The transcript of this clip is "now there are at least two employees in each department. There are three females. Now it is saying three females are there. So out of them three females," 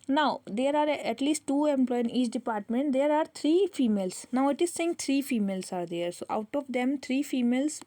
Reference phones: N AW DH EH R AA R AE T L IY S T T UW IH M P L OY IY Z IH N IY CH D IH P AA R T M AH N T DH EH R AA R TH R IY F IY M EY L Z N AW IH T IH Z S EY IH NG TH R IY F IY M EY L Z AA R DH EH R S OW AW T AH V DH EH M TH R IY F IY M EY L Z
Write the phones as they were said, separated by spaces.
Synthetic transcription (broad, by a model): N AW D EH R AA R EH T L IY S T T UW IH M P L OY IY IH N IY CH D IH P AA R T M AH N T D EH R AA R T R IY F IY M EY L S N AW IH T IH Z S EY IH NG T R IY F IY M EY L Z AA R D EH R S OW AW T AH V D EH M T R IY F IY M EY L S